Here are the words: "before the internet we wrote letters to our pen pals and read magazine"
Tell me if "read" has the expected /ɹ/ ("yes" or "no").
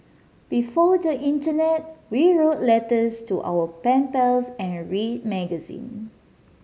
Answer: yes